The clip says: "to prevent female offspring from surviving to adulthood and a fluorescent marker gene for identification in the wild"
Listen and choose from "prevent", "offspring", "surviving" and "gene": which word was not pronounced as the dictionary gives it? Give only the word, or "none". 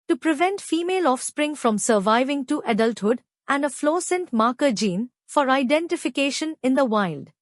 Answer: none